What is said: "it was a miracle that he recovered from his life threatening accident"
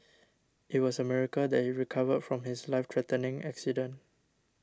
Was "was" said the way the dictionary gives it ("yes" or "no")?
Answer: no